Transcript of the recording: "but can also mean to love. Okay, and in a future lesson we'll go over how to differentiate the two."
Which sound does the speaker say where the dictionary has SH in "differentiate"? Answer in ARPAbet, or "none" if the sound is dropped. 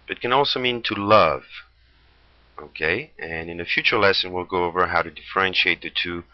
SH